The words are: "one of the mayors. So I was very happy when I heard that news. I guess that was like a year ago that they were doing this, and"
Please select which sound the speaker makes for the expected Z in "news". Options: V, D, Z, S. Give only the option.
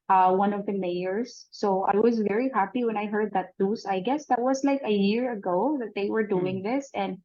S